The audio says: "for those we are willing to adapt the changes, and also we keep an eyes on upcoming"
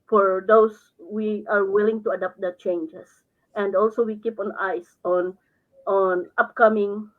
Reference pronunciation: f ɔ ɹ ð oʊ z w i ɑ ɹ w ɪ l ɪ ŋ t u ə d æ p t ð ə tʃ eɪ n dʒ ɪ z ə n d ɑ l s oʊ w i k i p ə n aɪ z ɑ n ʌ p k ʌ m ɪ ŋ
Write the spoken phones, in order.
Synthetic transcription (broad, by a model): f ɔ ɹ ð oʊ s w i ɑ ɹ w ɪ l ɪ ŋ t u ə d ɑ p t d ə tʃ eɪ n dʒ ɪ s ə n d ɑ l s oʊ w i k i p ə n aɪ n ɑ n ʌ p k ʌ m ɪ ŋ